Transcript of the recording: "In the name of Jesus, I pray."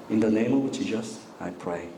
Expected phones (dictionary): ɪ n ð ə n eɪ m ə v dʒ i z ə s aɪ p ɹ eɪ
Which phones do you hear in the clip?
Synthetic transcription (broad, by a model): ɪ n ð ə n eɪ m ə v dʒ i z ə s aɪ p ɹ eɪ